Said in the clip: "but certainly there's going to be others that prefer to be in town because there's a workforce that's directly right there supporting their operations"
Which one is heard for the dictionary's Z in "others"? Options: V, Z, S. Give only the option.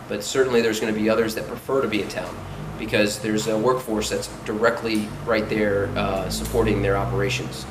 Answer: Z